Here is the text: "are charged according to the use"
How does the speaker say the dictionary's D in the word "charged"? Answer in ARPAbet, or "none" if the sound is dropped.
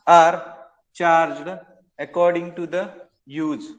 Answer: D